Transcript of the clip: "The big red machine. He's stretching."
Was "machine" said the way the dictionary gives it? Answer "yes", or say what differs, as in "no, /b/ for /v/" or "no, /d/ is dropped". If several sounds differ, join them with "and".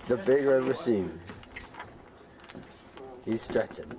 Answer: no, /s/ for /ʃ/